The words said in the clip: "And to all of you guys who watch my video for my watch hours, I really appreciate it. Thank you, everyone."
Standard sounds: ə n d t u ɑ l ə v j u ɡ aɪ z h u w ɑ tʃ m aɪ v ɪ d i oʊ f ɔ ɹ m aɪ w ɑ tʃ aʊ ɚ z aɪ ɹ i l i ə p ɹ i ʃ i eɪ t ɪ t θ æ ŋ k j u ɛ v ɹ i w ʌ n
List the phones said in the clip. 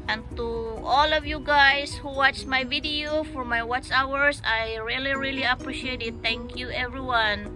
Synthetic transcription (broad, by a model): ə n t u ɑ l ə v j u ɡ aɪ s h u w ɑ tʃ m aɪ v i d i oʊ f ɔ ɹ m aɪ w ɑ tʃ aʊ ɚ s aɪ ɹ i l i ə p ɹ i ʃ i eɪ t ɪ t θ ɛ ŋ k j u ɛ v ɹ i w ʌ n